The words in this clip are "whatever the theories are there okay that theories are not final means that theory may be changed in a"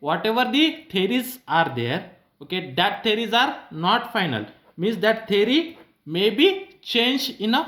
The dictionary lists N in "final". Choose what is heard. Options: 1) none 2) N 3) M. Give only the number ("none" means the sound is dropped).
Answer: 2